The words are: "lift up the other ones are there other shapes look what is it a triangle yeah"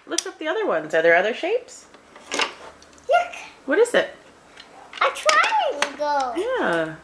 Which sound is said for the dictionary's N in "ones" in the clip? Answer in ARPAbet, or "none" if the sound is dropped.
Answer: N